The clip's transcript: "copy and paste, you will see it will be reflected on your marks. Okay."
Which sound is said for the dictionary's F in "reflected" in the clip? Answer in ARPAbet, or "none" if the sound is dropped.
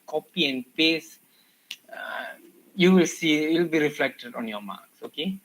F